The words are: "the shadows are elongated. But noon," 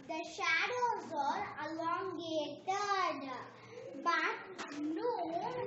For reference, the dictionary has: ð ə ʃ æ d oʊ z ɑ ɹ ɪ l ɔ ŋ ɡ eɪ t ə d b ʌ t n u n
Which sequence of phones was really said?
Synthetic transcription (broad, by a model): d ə ʃ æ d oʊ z ɑ ɹ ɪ l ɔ ŋ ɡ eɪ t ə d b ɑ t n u